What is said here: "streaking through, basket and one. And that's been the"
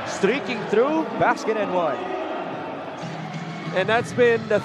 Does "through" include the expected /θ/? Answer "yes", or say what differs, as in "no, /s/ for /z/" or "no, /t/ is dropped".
yes